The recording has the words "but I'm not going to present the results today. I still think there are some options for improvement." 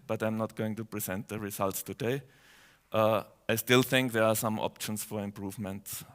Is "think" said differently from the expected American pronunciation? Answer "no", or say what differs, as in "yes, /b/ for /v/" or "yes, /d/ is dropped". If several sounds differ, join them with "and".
no